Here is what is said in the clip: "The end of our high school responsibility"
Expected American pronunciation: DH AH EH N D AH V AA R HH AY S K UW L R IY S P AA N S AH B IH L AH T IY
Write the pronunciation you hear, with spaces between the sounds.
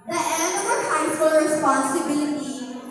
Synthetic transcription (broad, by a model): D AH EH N AH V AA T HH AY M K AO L R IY S P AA N S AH B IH L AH T IY